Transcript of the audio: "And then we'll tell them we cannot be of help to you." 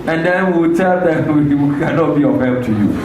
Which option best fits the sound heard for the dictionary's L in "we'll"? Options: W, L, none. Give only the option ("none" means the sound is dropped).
W